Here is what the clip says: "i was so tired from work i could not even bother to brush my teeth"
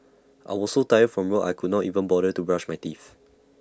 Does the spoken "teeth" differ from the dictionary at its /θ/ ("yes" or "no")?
yes